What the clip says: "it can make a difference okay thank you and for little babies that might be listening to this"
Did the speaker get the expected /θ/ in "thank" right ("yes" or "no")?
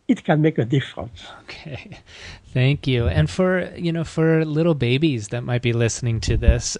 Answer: yes